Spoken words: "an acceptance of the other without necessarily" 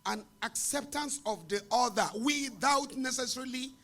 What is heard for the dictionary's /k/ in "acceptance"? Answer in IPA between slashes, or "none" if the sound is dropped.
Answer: /k/